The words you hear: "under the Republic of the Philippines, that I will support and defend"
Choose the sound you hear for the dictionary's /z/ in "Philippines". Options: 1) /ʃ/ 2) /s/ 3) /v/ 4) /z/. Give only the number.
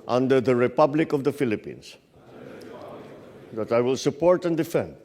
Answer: 2